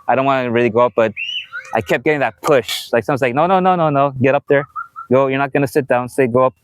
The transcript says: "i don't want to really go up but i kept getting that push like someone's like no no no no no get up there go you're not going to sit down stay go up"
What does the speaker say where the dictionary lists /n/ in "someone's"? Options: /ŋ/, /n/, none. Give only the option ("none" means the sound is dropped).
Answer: none